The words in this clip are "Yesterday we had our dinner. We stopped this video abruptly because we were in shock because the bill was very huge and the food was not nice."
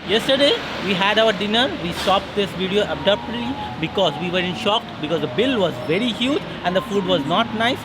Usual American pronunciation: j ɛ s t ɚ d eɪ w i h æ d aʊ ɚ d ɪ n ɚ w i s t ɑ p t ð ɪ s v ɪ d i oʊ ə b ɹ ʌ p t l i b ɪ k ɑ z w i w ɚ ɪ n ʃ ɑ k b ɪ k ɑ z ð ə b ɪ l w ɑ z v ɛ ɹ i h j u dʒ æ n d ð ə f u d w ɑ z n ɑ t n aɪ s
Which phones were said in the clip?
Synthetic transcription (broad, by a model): j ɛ s t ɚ d eɪ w i h æ d aʊ ɚ d ɪ n ɚ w i s t ɑ p t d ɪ s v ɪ d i oʊ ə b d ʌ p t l i b ɪ k ɑ z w i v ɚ ɪ n ʃ ɑ k b ɪ k ɑ z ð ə b ɪ l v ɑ z v ɛ ɹ i h j u dʒ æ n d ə f u d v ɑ z n ɑ t n aɪ s